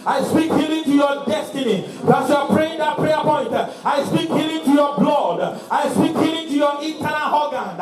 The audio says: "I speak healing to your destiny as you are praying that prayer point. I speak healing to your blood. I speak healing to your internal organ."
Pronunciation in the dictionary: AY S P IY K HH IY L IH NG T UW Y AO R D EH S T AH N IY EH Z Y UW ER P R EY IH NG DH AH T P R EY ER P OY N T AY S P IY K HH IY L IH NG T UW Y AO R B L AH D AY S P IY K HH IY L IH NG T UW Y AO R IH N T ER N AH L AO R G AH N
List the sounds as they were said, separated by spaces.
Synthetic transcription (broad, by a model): AY S P IY K HH IY L IH NG T UW Y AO D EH S T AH N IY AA S Y UW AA P R EY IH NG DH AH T P R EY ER P OY N T AY S P IY K HH IY L IH NG T UW Y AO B L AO D AY S P IY K HH IY L IH NG T UW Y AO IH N T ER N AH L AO G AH N